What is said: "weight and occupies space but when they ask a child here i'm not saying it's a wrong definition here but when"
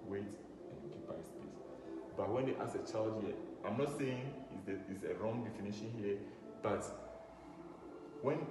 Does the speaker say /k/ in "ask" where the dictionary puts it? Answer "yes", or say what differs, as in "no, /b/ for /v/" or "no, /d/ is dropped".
no, /k/ is dropped